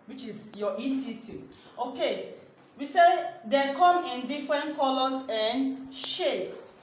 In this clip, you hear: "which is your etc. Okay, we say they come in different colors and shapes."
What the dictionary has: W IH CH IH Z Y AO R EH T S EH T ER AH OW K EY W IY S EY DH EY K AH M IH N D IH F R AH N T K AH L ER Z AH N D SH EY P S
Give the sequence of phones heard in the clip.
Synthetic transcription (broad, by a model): W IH CH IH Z Y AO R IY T IY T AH OW K EY W IY S EY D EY K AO M IH N D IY F R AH N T K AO L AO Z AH N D SH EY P S